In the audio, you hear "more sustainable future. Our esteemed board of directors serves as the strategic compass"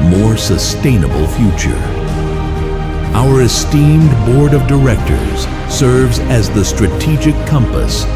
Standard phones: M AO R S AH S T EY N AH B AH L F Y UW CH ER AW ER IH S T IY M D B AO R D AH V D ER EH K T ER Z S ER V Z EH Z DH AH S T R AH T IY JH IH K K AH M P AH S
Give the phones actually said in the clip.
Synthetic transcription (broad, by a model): M AO R S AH S T EY N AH B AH L F Y UW CH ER AW ER IH S T IY M D B AO R D AH V D ER EH K T ER Z S ER V Z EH Z DH AH S T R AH T IY JH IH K K AH M P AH S